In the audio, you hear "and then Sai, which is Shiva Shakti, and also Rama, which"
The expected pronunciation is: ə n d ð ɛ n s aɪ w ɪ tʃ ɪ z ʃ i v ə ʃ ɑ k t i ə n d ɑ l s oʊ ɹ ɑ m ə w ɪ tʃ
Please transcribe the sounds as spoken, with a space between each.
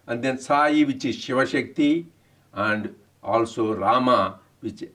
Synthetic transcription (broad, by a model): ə n d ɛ n s aɪ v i tʃ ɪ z ʃ i v ə ʃ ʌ k t i ə n d ɑ l s oʊ ɹ ɑ m ə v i tʃ